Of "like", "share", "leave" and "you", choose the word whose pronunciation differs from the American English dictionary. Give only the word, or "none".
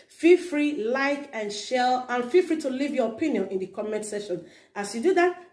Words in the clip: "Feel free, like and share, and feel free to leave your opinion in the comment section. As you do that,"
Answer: share